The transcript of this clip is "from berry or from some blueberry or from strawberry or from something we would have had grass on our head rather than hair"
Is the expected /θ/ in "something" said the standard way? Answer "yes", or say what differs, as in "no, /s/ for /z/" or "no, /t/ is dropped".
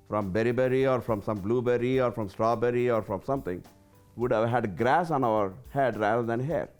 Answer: no, /t/ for /θ/